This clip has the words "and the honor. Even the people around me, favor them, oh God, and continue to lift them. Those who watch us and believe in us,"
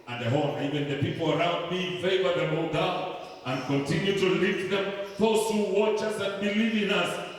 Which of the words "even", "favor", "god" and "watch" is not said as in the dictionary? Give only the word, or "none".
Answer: god